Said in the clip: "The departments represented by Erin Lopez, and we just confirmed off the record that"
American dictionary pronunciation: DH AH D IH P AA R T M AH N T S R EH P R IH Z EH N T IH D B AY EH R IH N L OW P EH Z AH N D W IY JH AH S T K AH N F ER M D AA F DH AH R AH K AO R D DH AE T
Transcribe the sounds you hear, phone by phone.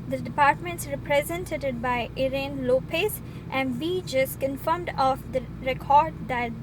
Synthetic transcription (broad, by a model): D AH D IH P AA R T M AH N T S R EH P R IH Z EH N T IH D B AY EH R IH N L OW P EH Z AH N D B IY JH AH S T K AH N F ER M D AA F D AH R AH K AO R D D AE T